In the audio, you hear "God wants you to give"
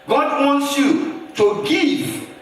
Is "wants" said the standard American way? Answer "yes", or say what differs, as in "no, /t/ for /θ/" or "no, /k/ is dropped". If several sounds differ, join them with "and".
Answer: yes